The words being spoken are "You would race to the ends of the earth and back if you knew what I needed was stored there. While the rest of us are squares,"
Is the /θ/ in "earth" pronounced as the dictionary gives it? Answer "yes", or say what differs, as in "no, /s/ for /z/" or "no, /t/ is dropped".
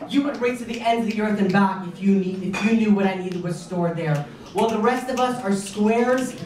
yes